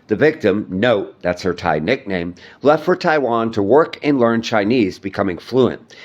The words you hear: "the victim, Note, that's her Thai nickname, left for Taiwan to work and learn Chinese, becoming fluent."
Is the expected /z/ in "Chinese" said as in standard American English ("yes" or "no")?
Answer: yes